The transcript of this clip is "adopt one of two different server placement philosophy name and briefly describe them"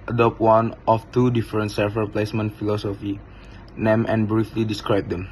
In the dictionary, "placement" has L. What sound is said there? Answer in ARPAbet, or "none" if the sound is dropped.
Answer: L